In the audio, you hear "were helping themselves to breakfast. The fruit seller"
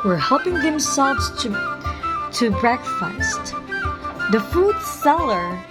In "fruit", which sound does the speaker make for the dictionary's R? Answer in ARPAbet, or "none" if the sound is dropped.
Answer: none